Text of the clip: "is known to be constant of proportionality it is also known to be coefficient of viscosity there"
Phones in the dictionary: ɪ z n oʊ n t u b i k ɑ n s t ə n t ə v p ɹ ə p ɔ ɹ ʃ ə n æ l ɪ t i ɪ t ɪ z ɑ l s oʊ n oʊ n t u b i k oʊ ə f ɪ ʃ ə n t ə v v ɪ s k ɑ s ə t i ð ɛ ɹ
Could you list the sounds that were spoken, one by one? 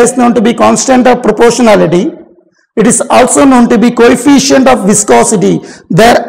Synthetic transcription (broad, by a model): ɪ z n oʊ n t u b i k ɑ n s t ə n t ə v p ɹ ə p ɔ ɹ ʃ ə n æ l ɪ t i ɪ t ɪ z ɑ l s oʊ n oʊ n t u b i k oʊ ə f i ʃ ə n t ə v v ɪ s k ɑ s ə t i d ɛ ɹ